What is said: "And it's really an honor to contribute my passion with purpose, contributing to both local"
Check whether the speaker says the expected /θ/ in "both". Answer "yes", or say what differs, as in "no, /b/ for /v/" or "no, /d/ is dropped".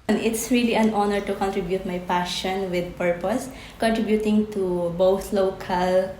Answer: no, /t/ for /θ/